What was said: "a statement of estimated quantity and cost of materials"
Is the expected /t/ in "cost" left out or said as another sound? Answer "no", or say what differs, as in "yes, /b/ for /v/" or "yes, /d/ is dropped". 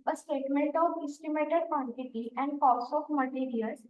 yes, /t/ is dropped